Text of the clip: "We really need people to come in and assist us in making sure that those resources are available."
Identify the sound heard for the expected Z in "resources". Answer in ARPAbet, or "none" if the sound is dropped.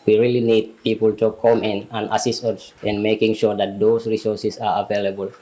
S